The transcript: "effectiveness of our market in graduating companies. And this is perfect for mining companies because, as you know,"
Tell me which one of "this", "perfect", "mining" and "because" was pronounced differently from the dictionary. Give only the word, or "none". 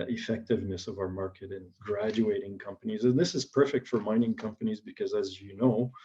none